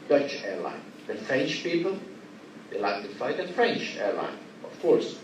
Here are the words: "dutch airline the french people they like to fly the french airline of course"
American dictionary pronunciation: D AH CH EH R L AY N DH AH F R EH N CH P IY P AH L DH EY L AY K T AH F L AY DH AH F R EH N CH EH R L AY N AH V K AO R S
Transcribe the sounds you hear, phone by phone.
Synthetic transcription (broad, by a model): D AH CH EH R L AY N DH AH F R EH N CH P IY P AH L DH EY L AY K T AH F AY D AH F R EH N CH EH R L AY N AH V K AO R S